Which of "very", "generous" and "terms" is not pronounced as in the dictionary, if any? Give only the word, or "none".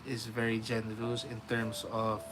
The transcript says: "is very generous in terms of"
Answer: terms